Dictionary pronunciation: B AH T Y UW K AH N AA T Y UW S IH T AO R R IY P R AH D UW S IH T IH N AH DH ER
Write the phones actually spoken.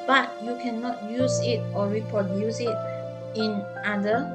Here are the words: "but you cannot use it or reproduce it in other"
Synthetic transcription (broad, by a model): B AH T Y UW K AH N AA T Y UW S IH T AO L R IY P R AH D UW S IH T IH N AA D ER